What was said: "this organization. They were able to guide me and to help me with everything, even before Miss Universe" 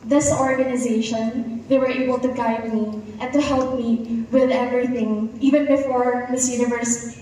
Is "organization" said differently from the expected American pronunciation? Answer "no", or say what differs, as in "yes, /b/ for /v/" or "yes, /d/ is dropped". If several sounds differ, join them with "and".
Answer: no